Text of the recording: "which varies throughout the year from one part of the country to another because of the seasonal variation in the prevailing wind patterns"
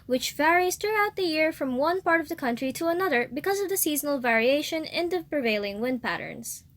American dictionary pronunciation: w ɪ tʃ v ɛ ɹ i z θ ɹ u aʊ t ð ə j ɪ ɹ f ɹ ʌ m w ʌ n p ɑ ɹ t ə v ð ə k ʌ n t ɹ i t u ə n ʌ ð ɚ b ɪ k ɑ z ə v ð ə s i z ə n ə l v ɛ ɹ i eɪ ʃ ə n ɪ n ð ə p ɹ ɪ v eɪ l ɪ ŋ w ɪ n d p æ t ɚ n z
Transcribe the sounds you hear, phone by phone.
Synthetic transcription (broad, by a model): w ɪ tʃ v ɛ ɹ i z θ ɹ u aʊ t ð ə j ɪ ɹ f ɹ ʌ m w ʌ n p ɑ ɹ t ə v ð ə k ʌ n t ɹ i t u ə n ʌ ð ɚ b ɪ k ɑ z ə v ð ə s i z ə n ə l v ɛ ɹ i eɪ ʃ ə n ɪ n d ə p ɹ ɪ v eɪ l ɪ ŋ w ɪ n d p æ t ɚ n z